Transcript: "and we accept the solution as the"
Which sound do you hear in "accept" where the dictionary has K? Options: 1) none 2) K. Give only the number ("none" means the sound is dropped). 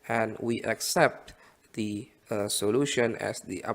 2